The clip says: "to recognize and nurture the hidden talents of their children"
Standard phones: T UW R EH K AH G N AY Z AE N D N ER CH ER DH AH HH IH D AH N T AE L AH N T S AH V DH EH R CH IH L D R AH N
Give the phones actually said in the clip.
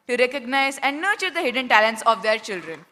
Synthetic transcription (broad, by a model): T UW R EH K AH G N AY Z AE N D N ER CH ER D AH HH IH D AH N T AE L AH N T S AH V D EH R CH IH L D R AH N